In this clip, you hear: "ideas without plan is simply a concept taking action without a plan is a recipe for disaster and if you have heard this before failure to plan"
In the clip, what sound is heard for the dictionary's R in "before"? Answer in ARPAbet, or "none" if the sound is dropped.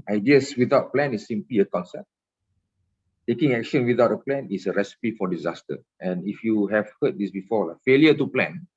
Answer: L